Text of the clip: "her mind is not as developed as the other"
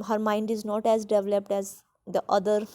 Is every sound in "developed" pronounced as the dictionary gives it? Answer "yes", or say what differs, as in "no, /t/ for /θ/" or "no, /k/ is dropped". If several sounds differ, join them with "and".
yes